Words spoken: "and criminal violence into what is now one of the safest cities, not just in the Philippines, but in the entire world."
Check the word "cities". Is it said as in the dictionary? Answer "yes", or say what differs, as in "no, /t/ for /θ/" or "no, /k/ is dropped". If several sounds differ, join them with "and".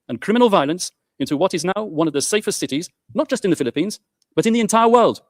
yes